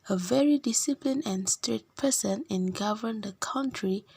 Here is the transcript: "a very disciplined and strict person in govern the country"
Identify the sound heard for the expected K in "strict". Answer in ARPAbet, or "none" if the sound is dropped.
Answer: none